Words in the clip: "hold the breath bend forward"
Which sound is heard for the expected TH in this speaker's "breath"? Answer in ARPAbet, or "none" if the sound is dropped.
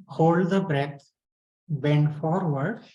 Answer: T